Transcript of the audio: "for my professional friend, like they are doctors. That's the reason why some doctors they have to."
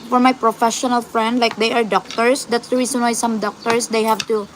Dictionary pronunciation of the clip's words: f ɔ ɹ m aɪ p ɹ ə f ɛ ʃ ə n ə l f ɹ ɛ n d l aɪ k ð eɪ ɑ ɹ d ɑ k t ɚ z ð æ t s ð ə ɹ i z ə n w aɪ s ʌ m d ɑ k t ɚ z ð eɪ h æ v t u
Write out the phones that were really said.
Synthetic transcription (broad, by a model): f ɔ ɹ m aɪ p ɹ ə f ɛ ʃ ə n ə l f ɹ ɛ n d l aɪ k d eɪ ɑ ɹ d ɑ k t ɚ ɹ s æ t s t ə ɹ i s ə n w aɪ s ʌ m d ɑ k t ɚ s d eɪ h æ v t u